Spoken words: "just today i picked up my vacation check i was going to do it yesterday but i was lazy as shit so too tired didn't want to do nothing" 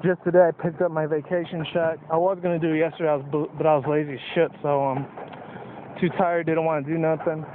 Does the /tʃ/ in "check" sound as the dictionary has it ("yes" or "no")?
no